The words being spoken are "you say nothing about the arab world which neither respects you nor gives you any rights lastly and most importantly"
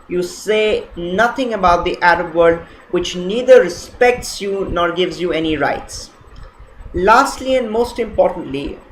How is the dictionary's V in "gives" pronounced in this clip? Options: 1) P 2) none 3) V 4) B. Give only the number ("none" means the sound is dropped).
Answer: 3